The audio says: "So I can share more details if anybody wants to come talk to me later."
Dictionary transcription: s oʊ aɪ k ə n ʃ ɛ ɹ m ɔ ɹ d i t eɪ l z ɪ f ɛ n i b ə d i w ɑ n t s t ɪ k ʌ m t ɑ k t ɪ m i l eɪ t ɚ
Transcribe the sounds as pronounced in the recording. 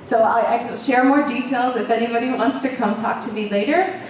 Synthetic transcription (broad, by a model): s oʊ aɪ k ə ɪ ʃ ɛ ɹ m ɔ ɹ d i t eɪ l z ɪ f ɛ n i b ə d i w ɑ n t s t ɪ k ʌ m t ɑ k t ɪ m i l eɪ t ɚ